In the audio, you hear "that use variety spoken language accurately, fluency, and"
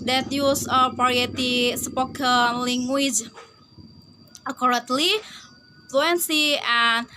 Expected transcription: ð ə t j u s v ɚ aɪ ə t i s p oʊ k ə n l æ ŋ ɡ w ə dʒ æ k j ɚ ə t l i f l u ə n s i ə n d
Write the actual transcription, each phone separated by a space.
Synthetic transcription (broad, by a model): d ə t j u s p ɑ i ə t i s p oʊ k ə n l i ŋ ɡ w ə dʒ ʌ k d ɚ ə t l i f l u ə n s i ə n